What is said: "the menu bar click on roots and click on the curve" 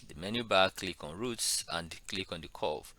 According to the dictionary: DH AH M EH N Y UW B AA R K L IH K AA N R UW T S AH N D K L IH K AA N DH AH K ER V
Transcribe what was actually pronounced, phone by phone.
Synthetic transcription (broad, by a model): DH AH M EH N Y UW B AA K L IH K AA N R UW T S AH N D K L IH K AA N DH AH K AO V